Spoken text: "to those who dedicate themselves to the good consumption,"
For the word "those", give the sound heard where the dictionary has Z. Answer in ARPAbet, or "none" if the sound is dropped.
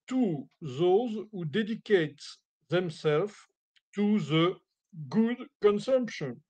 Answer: Z